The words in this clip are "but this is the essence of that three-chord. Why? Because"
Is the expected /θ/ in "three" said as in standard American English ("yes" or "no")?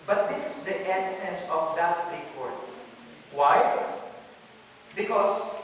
no